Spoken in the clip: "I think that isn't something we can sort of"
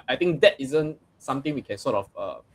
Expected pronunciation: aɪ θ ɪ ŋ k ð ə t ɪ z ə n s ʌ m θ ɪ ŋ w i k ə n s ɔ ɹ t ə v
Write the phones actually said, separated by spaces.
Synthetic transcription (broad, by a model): aɪ t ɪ ŋ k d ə t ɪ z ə n s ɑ m t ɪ ŋ w i k ə n s ɔ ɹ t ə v